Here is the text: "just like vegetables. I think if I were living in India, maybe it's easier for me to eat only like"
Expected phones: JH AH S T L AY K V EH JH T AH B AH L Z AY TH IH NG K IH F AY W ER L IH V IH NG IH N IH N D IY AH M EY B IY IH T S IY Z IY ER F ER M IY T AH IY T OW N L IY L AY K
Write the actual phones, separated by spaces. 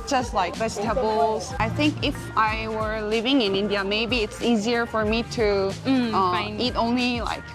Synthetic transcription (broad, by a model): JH AH S T L AY K B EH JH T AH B L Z AY TH IH NG K IH F AY W ER L IH V IH NG IH N IH N D IY AH M EY B IY IH T S IY Z IY ER F ER M IY T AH IY T OW N L IY L AY K